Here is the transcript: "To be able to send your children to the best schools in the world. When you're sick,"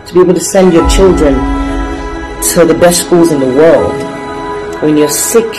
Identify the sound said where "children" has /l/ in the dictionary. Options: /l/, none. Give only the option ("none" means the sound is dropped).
/l/